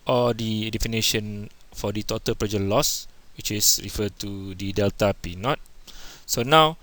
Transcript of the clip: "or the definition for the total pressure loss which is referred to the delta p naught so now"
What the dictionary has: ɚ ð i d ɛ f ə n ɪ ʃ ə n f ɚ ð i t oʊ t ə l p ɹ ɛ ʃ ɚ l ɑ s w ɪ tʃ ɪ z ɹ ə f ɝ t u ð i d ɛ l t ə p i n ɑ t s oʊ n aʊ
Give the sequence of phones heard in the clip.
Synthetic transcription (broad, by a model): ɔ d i d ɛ f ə n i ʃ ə n f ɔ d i t oʊ t ə l p ɹ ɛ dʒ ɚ l ɑ s w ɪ tʃ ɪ s ɹ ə f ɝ t u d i d ɛ l t ə p i n ɑ t s oʊ n aʊ